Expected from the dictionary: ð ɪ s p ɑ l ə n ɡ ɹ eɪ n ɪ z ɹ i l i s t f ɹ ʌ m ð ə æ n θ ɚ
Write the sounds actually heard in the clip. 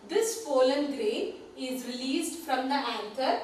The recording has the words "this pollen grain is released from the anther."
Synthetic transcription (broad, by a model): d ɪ s f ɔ l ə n ɡ ɹ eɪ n ɪ z ɹ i l i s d f ɹ ʌ m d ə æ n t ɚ